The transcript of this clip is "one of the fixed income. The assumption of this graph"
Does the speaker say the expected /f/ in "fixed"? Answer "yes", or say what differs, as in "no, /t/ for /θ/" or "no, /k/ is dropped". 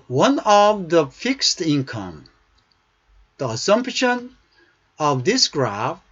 yes